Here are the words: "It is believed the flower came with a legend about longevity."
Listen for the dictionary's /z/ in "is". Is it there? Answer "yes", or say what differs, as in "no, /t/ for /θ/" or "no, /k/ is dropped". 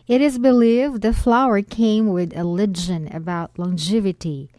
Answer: yes